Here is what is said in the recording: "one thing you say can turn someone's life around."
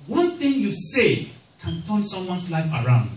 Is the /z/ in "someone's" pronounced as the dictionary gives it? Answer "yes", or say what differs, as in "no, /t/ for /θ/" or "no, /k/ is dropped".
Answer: no, /s/ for /z/